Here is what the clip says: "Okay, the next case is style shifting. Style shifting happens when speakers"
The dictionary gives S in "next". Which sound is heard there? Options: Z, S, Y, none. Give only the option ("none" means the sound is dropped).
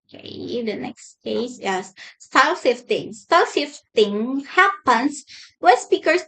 S